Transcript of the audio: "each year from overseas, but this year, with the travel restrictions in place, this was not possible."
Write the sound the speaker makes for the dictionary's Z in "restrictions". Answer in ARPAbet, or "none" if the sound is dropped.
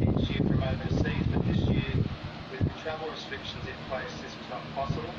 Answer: Z